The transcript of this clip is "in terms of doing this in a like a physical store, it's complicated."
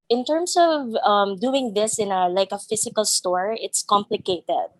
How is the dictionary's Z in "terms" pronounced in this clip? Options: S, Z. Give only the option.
S